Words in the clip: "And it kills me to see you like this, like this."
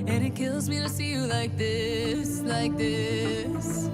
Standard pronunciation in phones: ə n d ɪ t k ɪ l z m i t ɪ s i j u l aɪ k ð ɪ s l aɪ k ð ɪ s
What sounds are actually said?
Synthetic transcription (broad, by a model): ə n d ɪ t k ɪ l z m i t ɪ s i j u l aɪ k ð ɪ s l aɪ k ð ɪ s